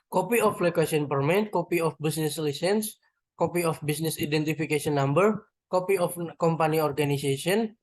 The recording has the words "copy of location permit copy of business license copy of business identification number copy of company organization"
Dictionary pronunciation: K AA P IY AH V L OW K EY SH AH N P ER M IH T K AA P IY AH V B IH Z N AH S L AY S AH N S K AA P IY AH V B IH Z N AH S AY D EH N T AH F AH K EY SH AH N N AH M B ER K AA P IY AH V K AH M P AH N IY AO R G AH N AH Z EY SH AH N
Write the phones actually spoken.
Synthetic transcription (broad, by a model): K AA P IY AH F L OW K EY S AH N P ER M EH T K AA P IY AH F B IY S N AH S L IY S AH N S K AA P IY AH F B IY S N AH S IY D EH N T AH F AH K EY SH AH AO N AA M B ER K AA P IY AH F K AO M P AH N IY AO R G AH N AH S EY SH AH N